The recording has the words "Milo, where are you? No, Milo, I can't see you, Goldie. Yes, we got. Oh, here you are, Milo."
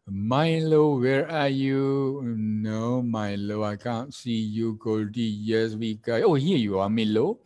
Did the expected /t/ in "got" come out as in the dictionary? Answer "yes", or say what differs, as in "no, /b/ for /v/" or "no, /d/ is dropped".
no, /t/ is dropped